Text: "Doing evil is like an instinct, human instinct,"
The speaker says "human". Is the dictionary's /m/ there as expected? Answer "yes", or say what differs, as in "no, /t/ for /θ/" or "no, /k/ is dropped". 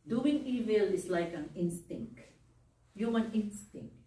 no, /m/ is dropped